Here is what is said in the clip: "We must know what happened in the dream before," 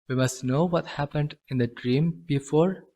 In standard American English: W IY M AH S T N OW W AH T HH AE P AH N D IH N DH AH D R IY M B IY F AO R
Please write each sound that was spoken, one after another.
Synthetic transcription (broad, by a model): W IY M AH S T N OW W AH T HH AE P AH N D IH N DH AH D R IY M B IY F AO R